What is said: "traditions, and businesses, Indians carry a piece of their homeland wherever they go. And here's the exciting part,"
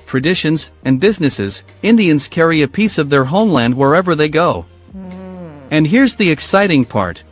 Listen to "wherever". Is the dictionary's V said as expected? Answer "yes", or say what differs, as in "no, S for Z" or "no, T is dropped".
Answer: yes